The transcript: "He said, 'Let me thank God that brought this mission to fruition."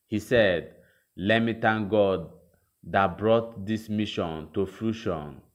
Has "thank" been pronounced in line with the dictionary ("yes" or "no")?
no